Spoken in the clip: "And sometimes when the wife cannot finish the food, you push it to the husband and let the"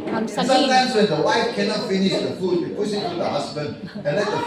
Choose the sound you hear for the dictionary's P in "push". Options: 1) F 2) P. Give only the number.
1